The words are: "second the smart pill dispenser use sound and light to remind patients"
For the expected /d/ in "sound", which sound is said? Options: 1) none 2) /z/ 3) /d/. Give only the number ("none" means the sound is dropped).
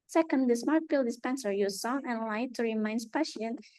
1